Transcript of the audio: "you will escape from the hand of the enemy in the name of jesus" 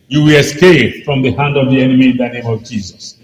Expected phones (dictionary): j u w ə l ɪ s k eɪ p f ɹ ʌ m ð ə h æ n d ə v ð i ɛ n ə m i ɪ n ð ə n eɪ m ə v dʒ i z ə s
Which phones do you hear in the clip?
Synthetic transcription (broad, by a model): j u w ə l ɪ s k eɪ p f ɹ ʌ m ð ə h æ n d ə v ð i ɛ n ə m i ɪ n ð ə n eɪ m ə v dʒ i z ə s